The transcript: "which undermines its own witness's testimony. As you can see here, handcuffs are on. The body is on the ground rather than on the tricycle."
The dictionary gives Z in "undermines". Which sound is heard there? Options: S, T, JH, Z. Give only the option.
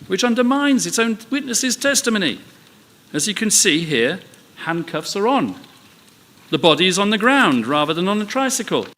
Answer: Z